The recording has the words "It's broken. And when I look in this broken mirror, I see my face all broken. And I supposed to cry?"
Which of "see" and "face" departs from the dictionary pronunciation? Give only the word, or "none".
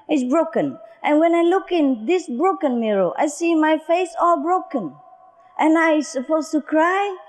none